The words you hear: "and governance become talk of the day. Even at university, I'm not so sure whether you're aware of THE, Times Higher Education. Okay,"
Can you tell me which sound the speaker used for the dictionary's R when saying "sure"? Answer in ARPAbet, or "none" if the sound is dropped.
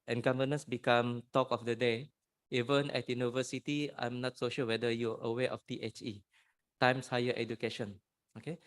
L